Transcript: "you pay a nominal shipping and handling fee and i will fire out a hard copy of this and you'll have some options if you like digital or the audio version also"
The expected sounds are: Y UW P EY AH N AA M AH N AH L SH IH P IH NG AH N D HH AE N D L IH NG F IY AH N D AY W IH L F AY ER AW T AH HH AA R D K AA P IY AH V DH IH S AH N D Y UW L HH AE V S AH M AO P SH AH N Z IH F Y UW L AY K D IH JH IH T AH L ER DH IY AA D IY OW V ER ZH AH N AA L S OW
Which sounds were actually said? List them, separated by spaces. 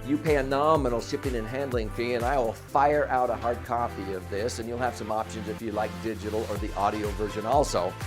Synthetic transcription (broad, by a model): Y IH P EY AH N AA M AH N L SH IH P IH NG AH N HH AE N D L IH NG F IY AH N AY W IH L F AY ER AW T AH HH AA R D K AA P IY AH V DH IH S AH N Y UW L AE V S AH M AO P SH AH N Z IH F Y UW L AY K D IH JH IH T L ER DH IY AA D IY OW V ER ZH AH N AA L S OW